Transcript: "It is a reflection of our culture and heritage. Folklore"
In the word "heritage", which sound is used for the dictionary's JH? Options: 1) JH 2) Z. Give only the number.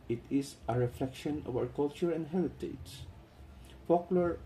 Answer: 2